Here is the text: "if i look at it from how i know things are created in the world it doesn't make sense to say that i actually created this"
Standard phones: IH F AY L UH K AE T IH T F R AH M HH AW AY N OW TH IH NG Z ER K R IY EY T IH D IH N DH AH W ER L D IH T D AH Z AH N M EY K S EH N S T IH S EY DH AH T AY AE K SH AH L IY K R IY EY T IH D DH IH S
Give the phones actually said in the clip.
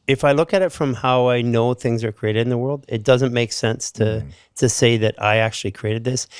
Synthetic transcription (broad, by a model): IH F AY L UH K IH T IH T F R AH M HH AW AY N OW TH IH NG Z ER K R IY EY T IH D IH N DH AH W ER L D IH T D AH Z AH N M EY K S EH N S T IH S EY DH AH T AY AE K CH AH L IY K R IY EY T IH D DH IH S